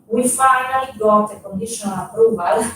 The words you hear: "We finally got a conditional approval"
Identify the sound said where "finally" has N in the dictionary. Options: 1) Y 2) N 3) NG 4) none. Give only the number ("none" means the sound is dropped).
4